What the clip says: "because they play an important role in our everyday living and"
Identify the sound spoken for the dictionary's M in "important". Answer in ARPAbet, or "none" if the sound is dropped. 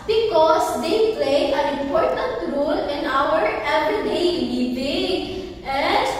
none